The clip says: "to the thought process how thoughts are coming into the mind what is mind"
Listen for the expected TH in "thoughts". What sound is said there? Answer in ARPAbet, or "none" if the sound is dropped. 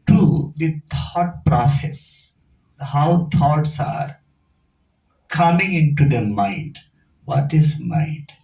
T